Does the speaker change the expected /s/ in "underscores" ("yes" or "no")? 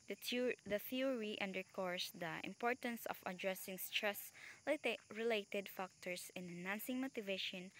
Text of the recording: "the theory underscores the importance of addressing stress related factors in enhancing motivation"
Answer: yes